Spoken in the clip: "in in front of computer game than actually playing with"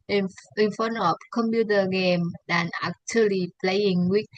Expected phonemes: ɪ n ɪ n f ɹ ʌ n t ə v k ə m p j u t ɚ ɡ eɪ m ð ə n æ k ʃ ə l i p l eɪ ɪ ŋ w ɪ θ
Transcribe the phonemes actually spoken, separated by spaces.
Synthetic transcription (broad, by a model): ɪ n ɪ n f ʌ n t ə p k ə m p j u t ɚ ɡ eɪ m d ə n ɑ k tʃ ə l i p l eɪ ɪ ŋ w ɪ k